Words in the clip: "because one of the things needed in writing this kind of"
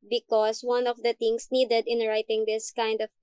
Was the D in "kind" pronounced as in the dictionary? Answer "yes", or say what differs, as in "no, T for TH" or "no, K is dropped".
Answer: yes